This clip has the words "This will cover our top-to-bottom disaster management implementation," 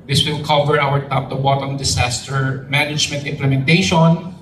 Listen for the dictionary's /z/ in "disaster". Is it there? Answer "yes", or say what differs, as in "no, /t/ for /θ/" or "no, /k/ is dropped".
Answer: no, /s/ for /z/